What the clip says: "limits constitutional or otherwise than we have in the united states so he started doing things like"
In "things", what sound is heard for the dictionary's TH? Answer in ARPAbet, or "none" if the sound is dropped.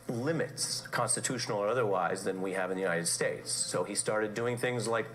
TH